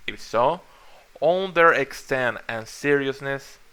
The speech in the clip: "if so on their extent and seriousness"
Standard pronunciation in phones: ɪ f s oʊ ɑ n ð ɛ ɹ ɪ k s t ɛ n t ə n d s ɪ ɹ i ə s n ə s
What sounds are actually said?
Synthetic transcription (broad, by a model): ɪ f s oʊ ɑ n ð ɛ ɹ ɪ k s t ɛ n t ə n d s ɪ ɹ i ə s n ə s